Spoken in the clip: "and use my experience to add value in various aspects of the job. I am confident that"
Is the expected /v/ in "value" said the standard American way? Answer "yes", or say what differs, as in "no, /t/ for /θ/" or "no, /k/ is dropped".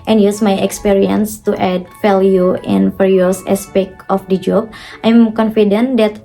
no, /f/ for /v/